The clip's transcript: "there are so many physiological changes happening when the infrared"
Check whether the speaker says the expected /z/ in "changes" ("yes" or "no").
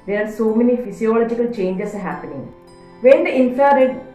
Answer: no